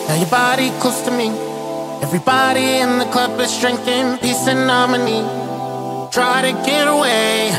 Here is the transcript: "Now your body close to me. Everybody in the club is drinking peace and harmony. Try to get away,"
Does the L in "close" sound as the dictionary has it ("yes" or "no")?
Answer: no